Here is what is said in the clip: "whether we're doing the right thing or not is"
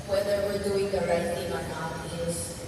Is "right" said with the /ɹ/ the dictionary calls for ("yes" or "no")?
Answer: yes